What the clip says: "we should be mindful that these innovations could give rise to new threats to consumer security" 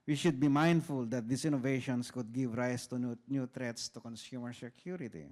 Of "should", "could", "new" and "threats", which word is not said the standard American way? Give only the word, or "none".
threats